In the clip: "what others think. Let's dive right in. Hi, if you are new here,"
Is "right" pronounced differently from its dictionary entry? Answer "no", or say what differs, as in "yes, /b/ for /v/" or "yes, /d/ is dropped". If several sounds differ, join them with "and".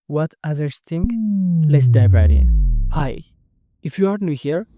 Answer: yes, /t/ is dropped